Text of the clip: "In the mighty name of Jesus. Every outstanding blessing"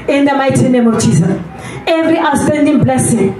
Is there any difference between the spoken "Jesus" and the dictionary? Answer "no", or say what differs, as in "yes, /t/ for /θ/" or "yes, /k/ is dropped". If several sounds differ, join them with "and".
yes, /s/ is dropped